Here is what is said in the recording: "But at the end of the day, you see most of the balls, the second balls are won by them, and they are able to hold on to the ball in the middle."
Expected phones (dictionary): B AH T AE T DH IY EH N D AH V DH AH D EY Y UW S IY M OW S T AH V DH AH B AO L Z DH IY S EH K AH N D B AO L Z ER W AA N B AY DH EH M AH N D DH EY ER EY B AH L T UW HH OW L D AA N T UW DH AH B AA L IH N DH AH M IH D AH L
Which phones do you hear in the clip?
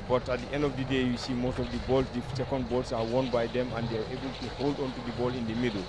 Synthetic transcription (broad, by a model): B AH T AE T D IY EH N D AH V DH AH D EY Y UW S IY M OW S T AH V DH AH B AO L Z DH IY S EH K AH N D B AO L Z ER W AA N B AY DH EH M AH N D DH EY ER EY B AH L T UW HH OW L D AA N T UW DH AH B AA L IH N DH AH M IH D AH L